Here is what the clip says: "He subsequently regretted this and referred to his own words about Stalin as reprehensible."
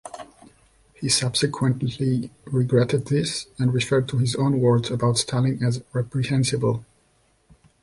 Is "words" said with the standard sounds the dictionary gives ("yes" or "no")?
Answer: yes